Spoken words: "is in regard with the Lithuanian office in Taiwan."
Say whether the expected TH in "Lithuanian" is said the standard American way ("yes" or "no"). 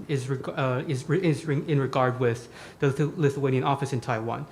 yes